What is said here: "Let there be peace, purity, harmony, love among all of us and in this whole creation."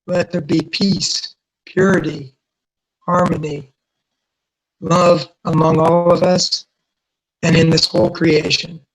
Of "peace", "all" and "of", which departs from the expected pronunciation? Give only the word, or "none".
none